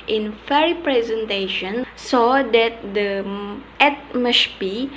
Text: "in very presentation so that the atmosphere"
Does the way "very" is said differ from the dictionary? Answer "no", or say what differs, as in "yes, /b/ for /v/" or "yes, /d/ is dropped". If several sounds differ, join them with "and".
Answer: yes, /f/ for /v/